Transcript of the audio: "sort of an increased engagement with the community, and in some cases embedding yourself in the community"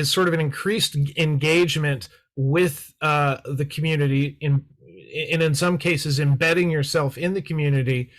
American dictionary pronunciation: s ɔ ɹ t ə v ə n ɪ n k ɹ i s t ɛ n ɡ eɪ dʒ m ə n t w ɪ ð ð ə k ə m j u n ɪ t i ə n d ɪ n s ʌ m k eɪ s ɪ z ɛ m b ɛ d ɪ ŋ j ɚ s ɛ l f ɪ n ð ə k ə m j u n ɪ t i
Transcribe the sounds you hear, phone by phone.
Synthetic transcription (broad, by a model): s ɔ ɹ t ə v ə n ɪ n k ɹ i s t ɛ n ɡ eɪ dʒ m ə n t w ɪ ð ð ə k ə m j u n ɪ t i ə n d ɪ n s ʌ m k eɪ s ɪ z ɛ m b ɛ d ɪ ŋ j ɚ s ɛ l f ɪ n ð ə k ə m j u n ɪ t i